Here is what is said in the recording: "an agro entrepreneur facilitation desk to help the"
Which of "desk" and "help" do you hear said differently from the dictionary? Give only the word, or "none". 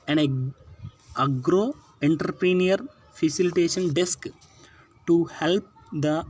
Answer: none